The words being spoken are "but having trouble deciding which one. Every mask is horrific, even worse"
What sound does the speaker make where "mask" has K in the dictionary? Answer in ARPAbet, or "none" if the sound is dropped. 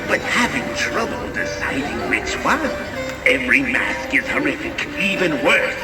K